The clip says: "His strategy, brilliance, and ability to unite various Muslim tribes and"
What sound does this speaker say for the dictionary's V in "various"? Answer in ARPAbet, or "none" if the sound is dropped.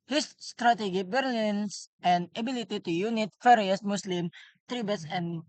F